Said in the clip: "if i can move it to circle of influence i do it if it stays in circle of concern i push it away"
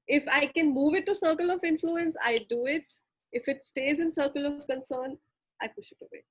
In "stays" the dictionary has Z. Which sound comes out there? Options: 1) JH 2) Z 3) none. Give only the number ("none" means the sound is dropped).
2